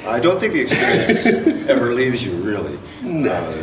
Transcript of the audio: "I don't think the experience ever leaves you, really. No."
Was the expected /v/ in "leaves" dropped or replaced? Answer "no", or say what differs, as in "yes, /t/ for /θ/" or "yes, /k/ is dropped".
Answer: no